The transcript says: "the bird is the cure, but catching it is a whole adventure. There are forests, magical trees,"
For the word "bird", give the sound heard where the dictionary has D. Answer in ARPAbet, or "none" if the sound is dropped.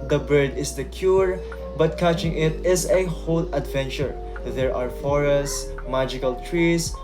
D